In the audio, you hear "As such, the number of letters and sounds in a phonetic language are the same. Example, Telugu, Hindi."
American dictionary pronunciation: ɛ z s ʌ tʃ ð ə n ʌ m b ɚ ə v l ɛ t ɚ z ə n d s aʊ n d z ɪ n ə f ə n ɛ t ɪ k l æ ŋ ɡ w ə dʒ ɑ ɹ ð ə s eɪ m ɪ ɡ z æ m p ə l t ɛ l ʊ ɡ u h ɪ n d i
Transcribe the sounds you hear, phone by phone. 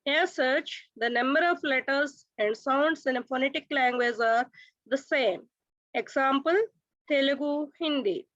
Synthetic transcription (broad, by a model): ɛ s ʌ tʃ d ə n ʌ m b ɚ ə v l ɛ t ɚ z ə n d s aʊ n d s ɪ n ə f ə n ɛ t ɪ k l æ ŋ ɡ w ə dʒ ɑ ɹ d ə s eɪ m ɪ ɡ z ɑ m p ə l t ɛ l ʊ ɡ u h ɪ n d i